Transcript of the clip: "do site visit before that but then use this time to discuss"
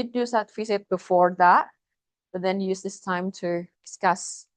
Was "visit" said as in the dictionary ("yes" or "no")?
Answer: no